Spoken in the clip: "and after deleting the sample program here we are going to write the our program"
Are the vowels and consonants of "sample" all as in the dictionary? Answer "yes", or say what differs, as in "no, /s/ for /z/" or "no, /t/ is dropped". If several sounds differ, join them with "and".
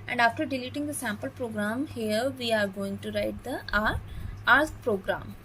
yes